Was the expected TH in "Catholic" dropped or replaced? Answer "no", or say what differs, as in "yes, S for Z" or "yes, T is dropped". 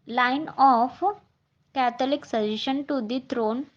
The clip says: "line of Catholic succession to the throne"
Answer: yes, T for TH